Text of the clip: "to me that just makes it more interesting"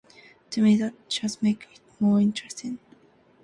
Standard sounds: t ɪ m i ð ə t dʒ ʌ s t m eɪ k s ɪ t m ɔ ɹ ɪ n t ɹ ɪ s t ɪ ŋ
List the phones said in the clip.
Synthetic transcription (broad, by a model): t ɪ m i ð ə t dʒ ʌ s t m eɪ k ɪ t m ɔ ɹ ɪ n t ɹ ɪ s t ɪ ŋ